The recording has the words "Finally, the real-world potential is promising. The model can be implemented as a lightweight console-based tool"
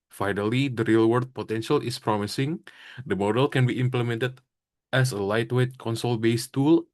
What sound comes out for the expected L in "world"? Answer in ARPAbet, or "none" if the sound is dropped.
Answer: none